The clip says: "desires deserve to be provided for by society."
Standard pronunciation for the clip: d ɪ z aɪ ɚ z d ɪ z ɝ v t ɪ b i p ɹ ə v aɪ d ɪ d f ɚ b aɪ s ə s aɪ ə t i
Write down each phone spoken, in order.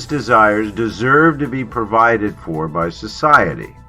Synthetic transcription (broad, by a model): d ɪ z aɪ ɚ z d ɪ z ɝ v t ɪ b i p ɹ ə v aɪ d ɪ d f ɚ b aɪ s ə s aɪ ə t i